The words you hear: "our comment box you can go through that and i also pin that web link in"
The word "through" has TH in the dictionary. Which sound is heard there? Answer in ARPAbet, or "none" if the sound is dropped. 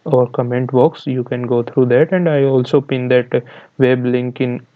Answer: T